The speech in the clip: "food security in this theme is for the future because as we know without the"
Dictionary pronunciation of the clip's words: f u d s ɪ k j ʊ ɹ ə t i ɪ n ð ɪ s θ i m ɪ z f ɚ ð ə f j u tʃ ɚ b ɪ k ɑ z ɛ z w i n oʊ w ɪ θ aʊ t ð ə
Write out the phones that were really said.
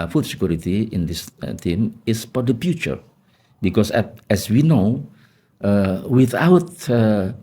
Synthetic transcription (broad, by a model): f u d s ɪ k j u ɹ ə t i ɪ n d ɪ s t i m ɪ s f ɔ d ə f j u tʃ ɚ b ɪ k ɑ s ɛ s w i n oʊ w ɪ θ aʊ t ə